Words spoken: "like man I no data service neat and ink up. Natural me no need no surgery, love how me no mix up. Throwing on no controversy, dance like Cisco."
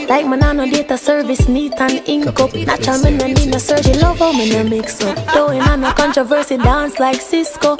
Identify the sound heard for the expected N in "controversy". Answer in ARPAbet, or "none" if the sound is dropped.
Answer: N